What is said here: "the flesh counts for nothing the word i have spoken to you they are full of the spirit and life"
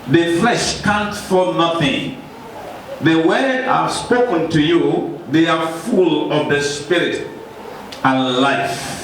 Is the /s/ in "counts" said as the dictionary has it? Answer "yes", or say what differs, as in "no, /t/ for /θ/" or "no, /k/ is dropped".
no, /s/ is dropped